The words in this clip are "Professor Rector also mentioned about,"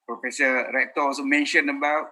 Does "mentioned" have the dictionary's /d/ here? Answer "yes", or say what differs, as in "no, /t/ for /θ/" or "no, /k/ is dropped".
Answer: no, /d/ is dropped